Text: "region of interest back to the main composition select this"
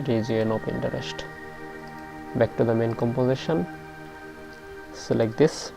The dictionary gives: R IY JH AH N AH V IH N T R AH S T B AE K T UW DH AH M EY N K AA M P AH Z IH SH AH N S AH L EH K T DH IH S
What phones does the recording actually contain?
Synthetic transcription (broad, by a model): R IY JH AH N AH P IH N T R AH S T B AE K T UW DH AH M EY N K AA M P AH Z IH SH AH N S L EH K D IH S